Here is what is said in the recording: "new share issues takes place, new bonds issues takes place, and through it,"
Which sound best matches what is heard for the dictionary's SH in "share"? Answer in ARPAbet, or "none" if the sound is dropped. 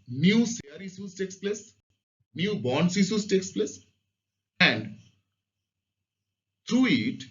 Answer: S